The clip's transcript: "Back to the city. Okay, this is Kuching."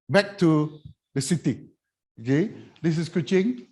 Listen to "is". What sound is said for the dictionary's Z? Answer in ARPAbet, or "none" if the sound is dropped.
S